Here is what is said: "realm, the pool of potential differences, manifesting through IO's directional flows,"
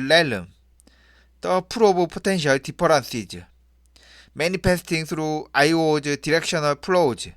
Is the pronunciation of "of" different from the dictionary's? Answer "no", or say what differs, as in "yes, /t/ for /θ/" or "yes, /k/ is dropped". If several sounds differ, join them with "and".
yes, /b/ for /v/